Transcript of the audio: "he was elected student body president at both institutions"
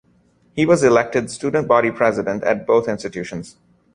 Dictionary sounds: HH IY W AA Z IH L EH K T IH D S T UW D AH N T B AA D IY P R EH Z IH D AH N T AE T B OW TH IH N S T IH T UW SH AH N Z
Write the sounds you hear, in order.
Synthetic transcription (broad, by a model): HH IY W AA Z IH L EH K T IH D S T UW D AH N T B AA D IY P R EH Z IH D AH N T AE T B OW T IH N S T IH T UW SH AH N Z